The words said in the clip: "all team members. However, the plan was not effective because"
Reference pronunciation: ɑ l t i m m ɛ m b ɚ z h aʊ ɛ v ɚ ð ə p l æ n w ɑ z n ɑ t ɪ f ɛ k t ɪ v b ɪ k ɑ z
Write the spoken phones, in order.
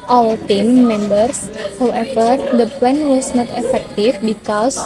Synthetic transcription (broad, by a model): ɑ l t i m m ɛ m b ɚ s h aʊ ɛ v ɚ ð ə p ɛ n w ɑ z n ɑ t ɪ f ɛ k t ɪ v b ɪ k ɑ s